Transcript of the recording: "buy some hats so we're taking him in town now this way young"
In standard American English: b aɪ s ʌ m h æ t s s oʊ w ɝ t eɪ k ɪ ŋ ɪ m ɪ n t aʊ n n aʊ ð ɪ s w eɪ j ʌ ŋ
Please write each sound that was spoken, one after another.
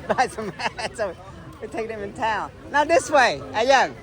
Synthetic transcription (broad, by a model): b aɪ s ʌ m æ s s oʊ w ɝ t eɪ ɪ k ɪ m ɪ n t aʊ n n aʊ ð ɪ s w eɪ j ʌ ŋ